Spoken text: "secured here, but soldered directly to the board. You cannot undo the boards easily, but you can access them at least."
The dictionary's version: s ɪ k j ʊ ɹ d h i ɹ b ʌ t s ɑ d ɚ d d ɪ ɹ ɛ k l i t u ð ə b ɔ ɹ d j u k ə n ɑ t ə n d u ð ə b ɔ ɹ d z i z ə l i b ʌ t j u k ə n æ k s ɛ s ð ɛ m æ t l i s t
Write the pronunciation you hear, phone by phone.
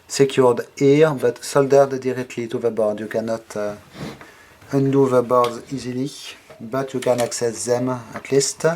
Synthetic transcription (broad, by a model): s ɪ k j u ɹ d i ɹ b ʌ t s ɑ d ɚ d d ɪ ɹ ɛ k l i t u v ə b ɔ ɹ d j u k ə n ɑ t ə n d u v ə b ɔ ɹ d z i z ə l i b ʌ t j u k ə n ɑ k s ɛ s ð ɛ m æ t l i s t